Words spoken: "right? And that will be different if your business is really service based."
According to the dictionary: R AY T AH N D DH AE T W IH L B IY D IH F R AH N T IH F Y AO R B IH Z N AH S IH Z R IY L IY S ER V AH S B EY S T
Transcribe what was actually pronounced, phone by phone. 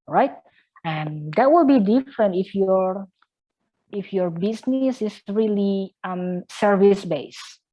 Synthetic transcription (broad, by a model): R AY T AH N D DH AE T W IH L B IY D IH F R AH N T IH F Y AO R B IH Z N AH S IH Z R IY L IY S ER V AH S B EY S